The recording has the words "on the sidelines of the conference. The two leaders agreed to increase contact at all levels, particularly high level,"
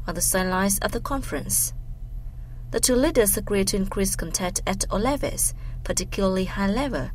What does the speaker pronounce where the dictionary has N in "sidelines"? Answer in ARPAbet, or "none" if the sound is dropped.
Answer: none